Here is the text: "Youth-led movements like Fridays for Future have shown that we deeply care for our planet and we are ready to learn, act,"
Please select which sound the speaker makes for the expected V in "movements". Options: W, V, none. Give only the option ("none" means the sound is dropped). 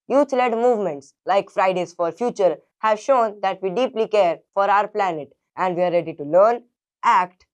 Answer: V